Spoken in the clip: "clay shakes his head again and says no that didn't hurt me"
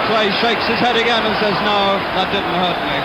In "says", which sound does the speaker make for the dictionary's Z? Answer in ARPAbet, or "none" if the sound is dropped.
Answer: Z